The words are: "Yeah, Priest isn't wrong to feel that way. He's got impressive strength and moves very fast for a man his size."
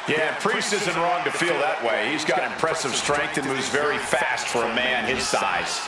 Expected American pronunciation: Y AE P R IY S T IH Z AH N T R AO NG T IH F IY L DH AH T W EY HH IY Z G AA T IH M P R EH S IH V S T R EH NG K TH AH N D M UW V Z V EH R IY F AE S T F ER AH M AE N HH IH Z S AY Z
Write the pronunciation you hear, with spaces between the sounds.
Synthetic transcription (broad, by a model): Y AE P R IY S T IH Z AH N T R AO NG T IH F IY L DH AH T W EY HH IY Z G AA T IH M P R EH S IH V S T R EH NG K TH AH N M UW V Z V EH R IY F AE S T F ER AH M AE N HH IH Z S AY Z